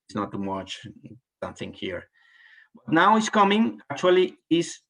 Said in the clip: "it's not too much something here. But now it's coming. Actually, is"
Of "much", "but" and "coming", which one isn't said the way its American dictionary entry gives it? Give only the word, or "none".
none